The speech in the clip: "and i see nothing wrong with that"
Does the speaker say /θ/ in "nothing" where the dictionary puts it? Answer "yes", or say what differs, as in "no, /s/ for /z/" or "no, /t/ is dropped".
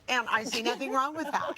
yes